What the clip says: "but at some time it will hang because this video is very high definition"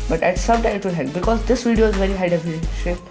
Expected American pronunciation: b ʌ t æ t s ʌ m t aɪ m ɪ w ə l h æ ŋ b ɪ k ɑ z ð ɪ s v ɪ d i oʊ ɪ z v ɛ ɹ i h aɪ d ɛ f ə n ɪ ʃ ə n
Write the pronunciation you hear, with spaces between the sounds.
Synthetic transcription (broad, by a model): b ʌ t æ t s ʌ m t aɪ ɪ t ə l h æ b ɪ k ɑ z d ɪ s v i d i oʊ ɪ z v ɛ ɹ i h aɪ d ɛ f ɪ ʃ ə